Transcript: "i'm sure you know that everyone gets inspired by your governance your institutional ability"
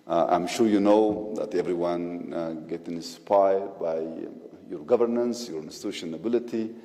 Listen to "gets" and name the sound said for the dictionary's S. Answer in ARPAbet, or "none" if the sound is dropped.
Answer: none